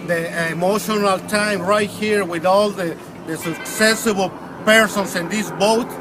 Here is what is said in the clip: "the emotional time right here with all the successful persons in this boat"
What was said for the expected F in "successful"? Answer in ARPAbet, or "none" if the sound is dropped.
none